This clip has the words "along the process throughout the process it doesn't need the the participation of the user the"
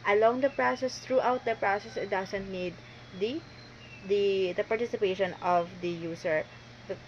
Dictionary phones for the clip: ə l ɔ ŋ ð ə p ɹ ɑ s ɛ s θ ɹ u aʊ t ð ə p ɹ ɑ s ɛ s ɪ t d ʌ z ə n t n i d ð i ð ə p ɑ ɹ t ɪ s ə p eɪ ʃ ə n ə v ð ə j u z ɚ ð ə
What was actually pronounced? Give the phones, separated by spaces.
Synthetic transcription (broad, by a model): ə l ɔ ŋ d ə p ɹ ɑ s ɛ s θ ɹ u aʊ t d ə p ɹ ɑ s ɛ s ɪ t d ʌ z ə n t n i d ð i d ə p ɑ ɹ t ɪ s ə p eɪ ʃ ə n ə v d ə j u s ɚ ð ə